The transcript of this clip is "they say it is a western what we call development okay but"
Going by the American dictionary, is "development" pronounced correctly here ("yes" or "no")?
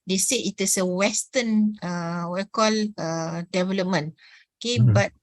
no